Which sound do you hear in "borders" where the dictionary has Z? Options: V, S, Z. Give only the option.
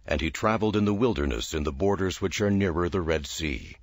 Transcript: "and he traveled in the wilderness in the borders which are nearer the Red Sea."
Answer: Z